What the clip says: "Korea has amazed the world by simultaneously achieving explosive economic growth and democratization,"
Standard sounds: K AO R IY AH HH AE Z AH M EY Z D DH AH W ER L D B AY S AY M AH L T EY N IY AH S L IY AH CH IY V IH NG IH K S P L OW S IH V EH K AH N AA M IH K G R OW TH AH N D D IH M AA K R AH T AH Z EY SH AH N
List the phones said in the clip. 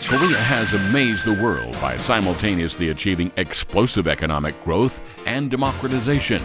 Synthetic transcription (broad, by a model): K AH R IY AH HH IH Z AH M EY Z DH AH W ER L D B AY S AY M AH L T EY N IY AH S L IY AH CH IY V IH NG IH K S P L OW S IH V EH K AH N AA M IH K G R OW TH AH N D D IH M AA K R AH T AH Z EY SH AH N